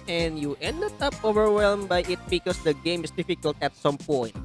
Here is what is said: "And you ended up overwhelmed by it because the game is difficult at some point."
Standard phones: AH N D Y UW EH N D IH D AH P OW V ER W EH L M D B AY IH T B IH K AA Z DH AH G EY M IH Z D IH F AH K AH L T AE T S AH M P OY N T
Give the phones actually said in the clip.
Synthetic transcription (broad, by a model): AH N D Y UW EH N D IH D AH P OW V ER W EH L M B AY IH T B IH K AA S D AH G EY M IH S D IH F AH K AH L T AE T S AH M P OY N T